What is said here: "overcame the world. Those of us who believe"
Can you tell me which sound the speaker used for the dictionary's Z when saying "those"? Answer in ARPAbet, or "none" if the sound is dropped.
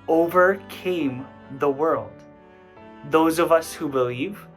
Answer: Z